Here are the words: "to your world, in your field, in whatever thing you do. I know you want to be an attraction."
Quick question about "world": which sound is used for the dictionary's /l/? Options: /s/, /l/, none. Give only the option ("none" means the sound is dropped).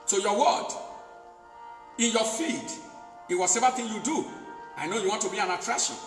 none